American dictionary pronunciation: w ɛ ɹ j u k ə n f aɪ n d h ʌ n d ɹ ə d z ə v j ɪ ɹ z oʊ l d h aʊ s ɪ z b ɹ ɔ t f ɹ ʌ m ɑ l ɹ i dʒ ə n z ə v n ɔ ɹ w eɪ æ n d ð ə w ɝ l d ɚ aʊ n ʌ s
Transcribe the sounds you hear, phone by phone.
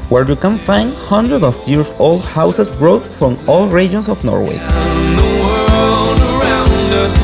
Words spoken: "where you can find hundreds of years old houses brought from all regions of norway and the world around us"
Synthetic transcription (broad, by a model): w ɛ ɹ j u k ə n f aɪ n d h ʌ n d ɹ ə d ə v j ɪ ɹ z oʊ l d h aʊ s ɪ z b ɹ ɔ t f ɹ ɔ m ɑ l ɹ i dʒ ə n s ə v n ɔ ɹ w eɪ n ð ə w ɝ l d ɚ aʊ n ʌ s